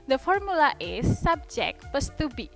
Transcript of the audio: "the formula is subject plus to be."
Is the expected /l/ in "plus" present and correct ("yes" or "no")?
no